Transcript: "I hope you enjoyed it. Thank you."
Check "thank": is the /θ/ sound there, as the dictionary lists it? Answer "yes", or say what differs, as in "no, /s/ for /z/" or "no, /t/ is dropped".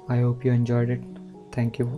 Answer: no, /t/ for /θ/